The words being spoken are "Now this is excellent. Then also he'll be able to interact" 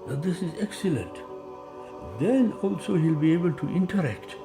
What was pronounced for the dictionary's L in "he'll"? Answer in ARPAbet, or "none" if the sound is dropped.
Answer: L